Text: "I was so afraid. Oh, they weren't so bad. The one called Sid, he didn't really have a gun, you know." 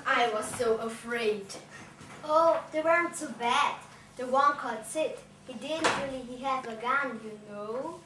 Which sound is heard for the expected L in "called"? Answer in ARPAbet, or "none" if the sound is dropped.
none